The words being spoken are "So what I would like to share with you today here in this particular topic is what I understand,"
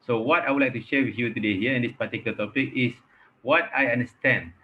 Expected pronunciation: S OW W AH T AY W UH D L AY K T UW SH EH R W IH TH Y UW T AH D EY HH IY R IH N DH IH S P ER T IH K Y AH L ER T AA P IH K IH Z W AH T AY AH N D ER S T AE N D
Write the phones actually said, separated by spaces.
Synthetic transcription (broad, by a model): S OW W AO T AY W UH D L AY K T UW SH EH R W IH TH Y UW T AH D EY HH IY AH IH N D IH S P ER T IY K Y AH L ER T AA P IH K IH S W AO T AY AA N D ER S T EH N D